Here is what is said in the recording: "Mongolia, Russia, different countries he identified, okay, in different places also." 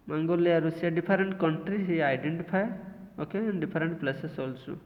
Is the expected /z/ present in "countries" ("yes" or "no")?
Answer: no